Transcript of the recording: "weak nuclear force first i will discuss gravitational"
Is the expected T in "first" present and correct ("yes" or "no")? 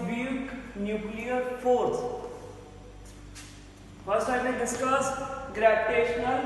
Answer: no